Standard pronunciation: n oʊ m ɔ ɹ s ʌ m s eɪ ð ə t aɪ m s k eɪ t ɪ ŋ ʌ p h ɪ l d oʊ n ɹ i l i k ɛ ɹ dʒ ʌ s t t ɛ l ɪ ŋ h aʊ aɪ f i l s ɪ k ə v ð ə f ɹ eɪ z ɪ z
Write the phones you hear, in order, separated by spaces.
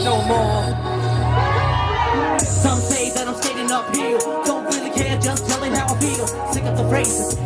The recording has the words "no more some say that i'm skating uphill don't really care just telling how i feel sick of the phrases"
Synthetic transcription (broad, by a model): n oʊ m ɔ ɹ s ʌ m s eɪ ð ə t aɪ m s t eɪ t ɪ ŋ ʌ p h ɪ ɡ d oʊ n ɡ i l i k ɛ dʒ ʌ s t t ɛ l ɪ ŋ h aʊ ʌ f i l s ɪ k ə p ð ə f ɹ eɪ ɪ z